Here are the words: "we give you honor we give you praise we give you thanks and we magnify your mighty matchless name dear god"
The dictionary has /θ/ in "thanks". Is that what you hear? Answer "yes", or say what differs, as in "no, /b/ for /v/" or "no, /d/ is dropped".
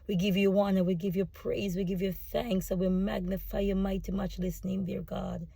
yes